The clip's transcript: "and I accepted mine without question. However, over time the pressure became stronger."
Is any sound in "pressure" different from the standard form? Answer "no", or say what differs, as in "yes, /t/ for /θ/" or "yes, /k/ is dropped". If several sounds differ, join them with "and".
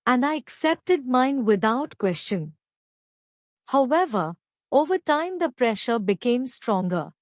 no